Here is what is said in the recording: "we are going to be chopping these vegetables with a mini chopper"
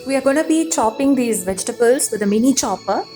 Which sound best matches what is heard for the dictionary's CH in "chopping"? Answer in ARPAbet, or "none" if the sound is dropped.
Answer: CH